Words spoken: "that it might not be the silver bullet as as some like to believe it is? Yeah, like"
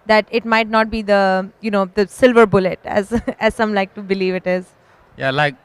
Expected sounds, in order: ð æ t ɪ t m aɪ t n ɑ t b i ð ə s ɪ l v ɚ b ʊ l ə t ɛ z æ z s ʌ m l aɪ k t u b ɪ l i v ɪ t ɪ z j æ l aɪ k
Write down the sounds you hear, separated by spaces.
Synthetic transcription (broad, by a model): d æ t ɪ t m aɪ t n ɑ t b i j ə s ɪ l v ɚ b ʊ l ə t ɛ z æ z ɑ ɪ m l aɪ k t u b ɪ l i v ɪ t ɪ z j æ l aɪ k